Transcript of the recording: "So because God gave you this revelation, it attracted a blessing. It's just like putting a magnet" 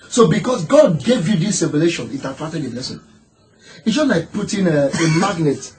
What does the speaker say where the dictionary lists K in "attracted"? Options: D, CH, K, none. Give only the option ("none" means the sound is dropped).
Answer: none